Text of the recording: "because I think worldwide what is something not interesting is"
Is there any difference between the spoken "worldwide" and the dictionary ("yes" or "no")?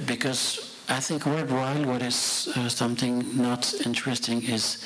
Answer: yes